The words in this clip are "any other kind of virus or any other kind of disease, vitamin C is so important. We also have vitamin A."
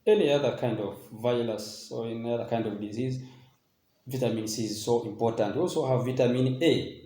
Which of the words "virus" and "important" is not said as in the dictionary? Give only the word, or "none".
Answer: virus